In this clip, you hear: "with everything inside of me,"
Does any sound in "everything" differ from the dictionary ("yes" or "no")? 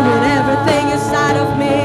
no